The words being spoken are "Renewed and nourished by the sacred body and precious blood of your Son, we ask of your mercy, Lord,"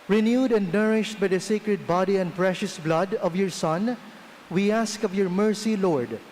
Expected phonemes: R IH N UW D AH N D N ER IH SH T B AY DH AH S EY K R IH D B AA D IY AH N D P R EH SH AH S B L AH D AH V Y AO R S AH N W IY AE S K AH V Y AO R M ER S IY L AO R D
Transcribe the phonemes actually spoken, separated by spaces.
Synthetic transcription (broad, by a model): R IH N UW D AH N D N ER IH SH T B AY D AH S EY K R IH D B AA D IY AH N D P R EH SH AH S B L AH D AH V Y AO R S AH N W IY AE S K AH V Y AO R M ER S IY L AO R D